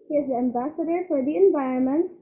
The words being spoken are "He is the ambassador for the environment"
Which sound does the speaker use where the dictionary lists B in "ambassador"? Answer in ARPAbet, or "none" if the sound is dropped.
B